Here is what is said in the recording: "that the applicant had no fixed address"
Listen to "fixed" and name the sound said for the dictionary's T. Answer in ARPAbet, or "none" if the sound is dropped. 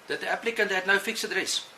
none